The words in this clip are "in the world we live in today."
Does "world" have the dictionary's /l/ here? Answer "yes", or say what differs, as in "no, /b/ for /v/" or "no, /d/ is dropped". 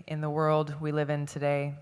yes